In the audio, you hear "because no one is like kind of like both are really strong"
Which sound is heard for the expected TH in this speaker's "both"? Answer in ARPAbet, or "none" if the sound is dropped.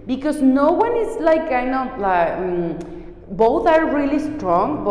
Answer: T